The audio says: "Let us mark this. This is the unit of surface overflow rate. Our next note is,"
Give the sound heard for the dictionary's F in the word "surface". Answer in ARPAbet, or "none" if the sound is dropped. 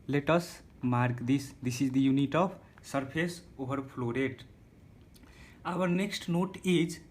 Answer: P